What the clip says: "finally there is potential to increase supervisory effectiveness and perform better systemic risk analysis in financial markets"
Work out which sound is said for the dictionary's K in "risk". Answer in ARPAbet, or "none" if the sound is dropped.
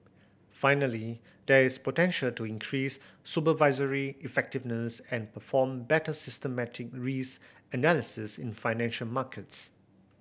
none